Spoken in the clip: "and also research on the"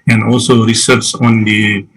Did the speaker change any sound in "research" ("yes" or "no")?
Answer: yes